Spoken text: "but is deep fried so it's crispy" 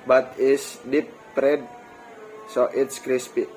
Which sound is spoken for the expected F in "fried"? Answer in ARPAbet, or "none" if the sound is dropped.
P